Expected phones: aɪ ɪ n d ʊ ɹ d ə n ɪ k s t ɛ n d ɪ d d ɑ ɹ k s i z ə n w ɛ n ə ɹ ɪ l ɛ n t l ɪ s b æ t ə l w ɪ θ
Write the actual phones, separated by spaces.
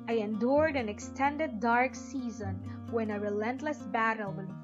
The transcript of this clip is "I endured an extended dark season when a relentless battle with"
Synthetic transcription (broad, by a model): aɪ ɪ n d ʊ ɹ d ə n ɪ k s t ɛ n d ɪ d d ɑ ɹ k s i z ə n w ɛ n ə ɹ ɪ l ɛ n t l ɪ s b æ t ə l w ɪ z